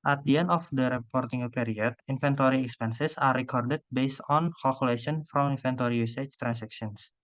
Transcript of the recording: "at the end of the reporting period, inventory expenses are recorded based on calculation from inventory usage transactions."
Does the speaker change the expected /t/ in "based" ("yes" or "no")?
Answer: no